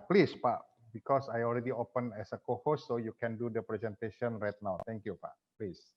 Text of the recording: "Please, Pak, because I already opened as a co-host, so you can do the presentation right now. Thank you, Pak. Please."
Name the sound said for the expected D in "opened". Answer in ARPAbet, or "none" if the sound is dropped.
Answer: none